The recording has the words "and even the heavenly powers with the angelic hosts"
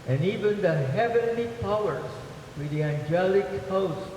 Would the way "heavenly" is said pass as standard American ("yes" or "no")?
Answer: yes